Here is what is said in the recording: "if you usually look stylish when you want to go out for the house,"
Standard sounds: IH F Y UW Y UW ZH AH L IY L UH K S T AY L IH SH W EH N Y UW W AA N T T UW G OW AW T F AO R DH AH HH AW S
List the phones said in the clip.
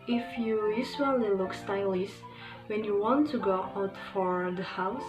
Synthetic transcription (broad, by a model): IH F Y UW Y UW S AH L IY L UH K S T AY L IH S W EH N Y UW W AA N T T UW G OW AW T F AO R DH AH HH AW S